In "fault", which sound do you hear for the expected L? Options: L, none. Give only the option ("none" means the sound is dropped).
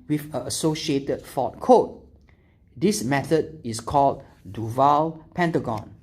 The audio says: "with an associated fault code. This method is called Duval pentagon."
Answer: none